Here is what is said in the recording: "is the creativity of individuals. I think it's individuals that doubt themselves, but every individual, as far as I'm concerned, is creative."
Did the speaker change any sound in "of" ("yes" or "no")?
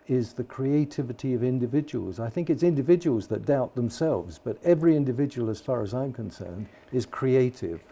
no